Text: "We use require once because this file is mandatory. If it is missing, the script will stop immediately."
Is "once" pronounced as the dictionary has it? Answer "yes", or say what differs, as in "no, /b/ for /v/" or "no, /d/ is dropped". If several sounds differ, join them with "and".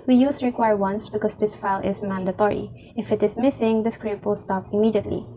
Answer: yes